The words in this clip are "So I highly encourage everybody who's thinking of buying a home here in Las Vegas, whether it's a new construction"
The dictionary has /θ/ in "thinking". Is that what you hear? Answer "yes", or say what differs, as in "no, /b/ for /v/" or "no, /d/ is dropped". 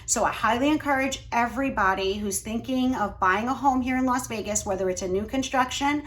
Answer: yes